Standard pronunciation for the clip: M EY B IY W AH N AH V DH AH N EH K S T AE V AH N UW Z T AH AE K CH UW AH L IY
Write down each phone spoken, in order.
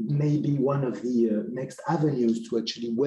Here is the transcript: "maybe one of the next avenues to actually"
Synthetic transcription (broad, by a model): M EY B IY W AH N AH V DH AH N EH K S T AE V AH N UW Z T AH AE K CH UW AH L IY